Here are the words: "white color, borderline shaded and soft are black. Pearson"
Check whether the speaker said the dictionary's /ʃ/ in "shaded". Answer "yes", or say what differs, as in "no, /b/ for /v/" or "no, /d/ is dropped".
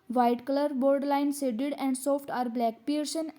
no, /s/ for /ʃ/